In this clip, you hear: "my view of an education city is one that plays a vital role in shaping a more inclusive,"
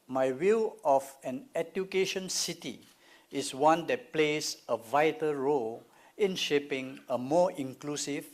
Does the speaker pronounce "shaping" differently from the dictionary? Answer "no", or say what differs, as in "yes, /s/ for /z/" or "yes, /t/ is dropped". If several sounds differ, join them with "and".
no